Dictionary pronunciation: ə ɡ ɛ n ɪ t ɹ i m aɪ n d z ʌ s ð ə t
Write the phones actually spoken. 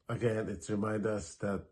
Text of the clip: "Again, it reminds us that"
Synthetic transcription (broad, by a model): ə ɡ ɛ n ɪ t ɹ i m aɪ n d ʌ s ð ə t